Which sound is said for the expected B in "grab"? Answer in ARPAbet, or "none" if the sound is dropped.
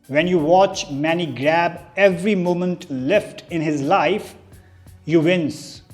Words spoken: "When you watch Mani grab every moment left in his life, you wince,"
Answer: B